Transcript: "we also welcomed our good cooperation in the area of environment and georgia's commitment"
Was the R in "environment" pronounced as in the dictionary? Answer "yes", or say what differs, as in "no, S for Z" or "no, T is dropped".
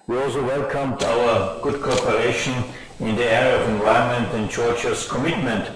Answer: no, R is dropped